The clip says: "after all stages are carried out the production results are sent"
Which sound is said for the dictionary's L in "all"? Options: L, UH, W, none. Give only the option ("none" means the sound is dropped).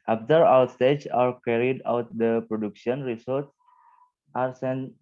W